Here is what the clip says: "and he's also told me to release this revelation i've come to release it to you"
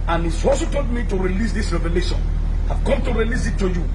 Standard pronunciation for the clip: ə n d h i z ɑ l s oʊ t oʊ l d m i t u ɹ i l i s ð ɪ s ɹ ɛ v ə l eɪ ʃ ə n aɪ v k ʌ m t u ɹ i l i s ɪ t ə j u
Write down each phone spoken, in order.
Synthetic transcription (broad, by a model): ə n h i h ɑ s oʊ t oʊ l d m i t u ɹ i l i s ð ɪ s ɹ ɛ v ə l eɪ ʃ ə n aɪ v k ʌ m t u ɹ i l i s ɪ t ə j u